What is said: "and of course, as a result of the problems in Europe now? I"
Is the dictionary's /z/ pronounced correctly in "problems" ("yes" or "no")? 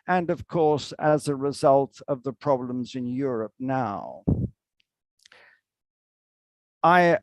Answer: yes